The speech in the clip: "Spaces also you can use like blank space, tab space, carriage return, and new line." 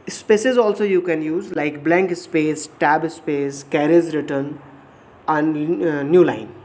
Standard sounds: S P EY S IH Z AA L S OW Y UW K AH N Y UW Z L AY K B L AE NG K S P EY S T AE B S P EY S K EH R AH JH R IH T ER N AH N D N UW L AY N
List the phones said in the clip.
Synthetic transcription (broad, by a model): S P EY S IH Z AA L S OW Y UW K AH N Y UW Z L AY K B L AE NG K S P EY S T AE B S P EY S K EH R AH Z R IH T ER N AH N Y UW L AY N